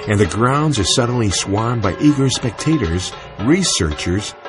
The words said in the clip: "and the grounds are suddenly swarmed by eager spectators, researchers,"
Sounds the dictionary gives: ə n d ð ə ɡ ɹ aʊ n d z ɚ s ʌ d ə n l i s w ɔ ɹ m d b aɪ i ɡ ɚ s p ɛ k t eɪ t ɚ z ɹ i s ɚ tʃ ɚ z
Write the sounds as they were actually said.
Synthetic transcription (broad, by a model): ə n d ð ə ɡ ɹ aʊ n d z ɚ s ʌ d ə n l i s w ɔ ɹ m b aɪ i ɡ ɚ s p ɛ k t eɪ t ɚ z ɹ i s ɚ tʃ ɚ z